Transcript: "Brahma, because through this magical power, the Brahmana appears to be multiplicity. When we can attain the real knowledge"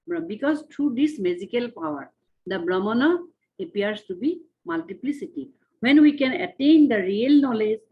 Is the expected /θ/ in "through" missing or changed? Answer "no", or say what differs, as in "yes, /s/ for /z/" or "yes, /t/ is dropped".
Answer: yes, /t/ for /θ/